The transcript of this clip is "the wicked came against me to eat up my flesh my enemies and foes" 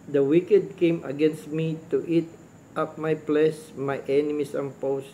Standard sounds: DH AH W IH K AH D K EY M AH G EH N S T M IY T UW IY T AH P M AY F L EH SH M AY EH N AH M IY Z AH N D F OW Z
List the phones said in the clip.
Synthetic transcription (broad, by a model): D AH W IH K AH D K EY M AH G EH N S T M IY T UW IY T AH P M AY P L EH S M AY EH N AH M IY S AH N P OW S